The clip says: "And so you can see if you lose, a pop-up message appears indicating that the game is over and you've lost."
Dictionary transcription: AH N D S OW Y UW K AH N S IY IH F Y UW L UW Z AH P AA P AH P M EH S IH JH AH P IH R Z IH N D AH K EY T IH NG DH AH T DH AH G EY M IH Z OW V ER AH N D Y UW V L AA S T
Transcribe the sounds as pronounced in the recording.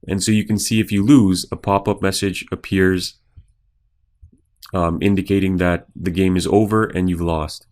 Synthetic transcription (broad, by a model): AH N S OW Y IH K AH N S IY IH F Y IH L UW Z AH P AA P AH P M EH S IH JH AH P IH R Z IH N D AH K EY T IH NG DH AH T DH AH G EY M IH Z OW V ER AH N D Y UW V L AA S T